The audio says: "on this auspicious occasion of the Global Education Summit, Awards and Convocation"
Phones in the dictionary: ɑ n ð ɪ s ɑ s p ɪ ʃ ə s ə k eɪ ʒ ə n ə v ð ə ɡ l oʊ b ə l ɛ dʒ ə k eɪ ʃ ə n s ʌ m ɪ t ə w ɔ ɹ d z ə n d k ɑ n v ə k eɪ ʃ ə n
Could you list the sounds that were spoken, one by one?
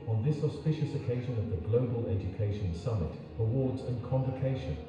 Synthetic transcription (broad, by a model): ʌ n ð ɪ s ɑ s p ɪ ʃ ə s ə k eɪ ʒ ə n ə v ð ə ɡ l oʊ b ə l ɛ dʒ ə k eɪ ʃ ə n s ʌ m ɪ t ə w ɔ d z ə n k ɑ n v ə k eɪ ʃ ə n